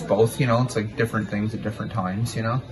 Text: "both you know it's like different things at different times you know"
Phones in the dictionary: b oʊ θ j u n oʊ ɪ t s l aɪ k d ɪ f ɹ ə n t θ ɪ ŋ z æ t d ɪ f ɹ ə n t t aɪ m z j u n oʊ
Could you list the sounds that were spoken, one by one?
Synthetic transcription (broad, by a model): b oʊ θ j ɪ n oʊ ɪ t s l aɪ k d ɪ f ɹ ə n θ ɪ ŋ z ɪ t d ɪ f ɹ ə n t t aɪ m z j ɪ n oʊ